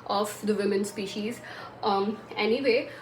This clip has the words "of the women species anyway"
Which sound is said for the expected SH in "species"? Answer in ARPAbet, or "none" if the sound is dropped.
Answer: SH